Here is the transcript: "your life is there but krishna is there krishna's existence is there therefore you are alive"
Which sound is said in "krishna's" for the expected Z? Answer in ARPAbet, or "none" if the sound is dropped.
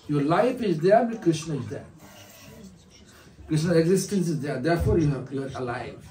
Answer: none